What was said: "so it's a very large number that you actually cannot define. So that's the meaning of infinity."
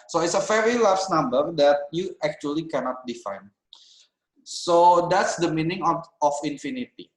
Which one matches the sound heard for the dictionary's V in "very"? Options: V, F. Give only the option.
F